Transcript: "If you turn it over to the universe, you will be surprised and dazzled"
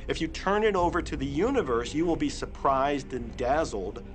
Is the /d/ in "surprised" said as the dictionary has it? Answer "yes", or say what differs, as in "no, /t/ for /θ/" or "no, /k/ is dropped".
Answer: yes